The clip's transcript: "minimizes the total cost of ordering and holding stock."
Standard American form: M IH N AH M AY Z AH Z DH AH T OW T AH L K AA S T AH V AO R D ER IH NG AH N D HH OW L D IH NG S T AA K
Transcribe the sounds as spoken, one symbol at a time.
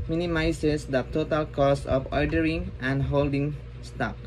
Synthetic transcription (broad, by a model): M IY N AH M AY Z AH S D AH T OW T AH L K AA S AH F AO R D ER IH NG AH N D HH OW L D IH NG S T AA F